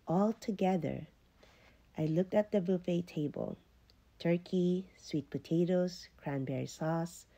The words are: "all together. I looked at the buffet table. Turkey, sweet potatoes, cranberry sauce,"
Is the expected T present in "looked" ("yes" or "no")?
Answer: yes